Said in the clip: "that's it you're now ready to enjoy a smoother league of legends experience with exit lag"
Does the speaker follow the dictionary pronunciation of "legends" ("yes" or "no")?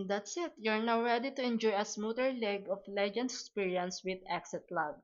no